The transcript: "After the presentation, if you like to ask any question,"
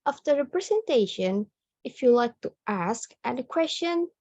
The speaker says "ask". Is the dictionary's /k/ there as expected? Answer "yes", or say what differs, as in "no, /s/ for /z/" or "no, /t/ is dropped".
yes